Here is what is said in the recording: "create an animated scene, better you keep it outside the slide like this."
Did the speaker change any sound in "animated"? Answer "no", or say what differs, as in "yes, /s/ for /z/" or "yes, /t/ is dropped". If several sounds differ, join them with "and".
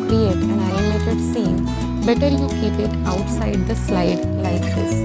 yes, /n/ is dropped